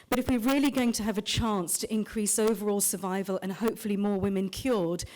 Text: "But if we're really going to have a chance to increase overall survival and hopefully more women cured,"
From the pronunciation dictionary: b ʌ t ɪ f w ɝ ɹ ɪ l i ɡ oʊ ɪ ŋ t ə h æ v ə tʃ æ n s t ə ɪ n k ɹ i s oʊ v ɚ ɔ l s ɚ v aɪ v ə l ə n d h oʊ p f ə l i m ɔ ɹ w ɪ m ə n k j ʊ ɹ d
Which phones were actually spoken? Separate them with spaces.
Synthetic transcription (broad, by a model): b ʌ t ɪ f w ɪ ɹ ɪ l i ɡ oʊ ɪ ŋ t ə v ə tʃ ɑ n s t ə ɪ n k ɹ i s oʊ v ɚ ɔ l s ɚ v aɪ v ə l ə n h oʊ p f ə l i m ɔ ɹ w ɪ m ə n k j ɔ ɹ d